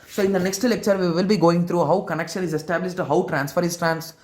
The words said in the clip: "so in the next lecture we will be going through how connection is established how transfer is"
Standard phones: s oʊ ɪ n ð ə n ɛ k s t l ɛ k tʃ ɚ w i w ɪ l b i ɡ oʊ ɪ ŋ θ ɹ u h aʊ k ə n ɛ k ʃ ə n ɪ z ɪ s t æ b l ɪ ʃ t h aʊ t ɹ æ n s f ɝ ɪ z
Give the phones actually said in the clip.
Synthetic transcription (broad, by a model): s oʊ ɪ n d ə n ɛ k s t l ɛ k tʃ ɚ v i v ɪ l b i ɡ oʊ ɪ ŋ t ɹ u h aʊ k ə n ɛ k ʃ ə n ɪ z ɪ s t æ b l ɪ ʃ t h aʊ t ɹ æ n s f ɝ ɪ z